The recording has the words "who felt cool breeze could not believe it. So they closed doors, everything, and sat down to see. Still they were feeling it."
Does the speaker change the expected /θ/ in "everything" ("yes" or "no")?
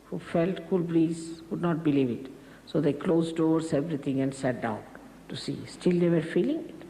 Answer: yes